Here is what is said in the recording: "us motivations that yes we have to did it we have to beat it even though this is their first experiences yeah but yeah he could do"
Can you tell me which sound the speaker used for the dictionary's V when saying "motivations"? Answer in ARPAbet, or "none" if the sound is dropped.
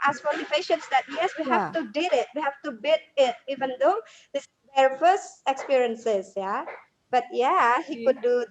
P